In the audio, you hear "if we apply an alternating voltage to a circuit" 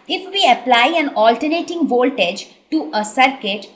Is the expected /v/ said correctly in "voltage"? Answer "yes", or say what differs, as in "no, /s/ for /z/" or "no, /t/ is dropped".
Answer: yes